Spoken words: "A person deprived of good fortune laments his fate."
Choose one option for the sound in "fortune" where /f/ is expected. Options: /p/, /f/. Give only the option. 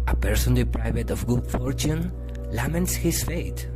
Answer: /f/